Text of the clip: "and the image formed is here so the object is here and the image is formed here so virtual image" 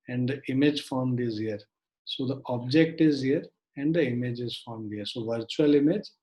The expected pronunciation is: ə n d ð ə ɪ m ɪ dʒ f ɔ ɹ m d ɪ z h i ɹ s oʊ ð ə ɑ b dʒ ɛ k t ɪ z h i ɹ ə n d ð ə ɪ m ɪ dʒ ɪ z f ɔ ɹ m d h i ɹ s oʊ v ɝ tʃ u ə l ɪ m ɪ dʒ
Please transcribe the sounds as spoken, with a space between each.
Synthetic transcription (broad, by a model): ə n d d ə ɪ m ɪ dʒ f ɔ ɹ m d ɪ z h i ɹ s oʊ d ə ɑ b dʒ ɛ k t ɪ z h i ɹ ə n d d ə ɪ m ɪ dʒ ɪ z f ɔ ɹ m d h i ɹ s oʊ v ɝ tʃ u ə l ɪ m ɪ dʒ